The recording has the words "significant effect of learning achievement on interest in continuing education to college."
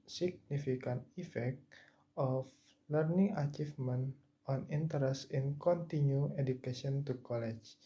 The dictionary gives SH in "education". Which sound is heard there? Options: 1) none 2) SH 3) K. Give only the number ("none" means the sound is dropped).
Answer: 1